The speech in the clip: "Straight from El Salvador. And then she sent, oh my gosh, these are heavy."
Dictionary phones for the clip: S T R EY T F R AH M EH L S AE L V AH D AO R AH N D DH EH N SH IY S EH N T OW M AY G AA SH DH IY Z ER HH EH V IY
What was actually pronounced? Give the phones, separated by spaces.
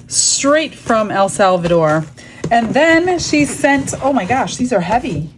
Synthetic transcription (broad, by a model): S T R EY T F R AH M EH L S AE L V AH D AO R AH N DH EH N SH IY S EH N T OW M AY G AA SH DH IY Z ER HH EH V IY